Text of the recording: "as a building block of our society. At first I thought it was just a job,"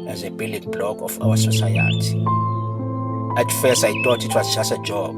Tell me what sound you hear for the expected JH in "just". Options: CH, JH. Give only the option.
CH